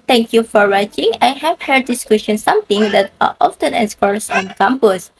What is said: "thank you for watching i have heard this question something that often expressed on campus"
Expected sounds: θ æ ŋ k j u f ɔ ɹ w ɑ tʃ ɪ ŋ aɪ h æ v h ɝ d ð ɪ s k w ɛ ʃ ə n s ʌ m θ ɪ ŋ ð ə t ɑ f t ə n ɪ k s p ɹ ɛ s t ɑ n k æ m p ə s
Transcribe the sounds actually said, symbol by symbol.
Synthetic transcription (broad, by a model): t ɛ ŋ k j u f ɔ ɹ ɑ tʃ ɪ ŋ aɪ h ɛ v h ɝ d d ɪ s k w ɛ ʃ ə n s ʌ m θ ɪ ŋ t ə t ɑ f t ə n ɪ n s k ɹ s ɑ n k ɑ m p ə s